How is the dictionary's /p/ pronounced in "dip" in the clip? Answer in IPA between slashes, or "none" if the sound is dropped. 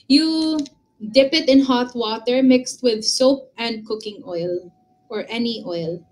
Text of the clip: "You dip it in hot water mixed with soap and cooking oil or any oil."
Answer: /p/